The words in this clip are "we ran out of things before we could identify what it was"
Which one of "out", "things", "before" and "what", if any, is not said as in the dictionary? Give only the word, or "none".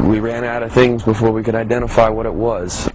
none